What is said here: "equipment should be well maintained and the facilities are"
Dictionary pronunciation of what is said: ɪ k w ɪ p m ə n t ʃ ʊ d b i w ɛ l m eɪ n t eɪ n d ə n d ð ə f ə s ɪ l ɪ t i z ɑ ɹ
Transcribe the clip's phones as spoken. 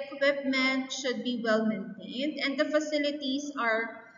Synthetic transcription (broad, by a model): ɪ k w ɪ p m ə n t ʃ ʊ d b i w ɛ l m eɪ n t eɪ n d ə n d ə f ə s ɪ l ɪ t i s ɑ ɹ